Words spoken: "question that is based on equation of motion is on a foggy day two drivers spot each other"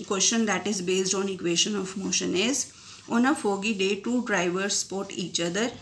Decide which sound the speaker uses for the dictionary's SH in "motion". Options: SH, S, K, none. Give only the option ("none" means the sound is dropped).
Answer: SH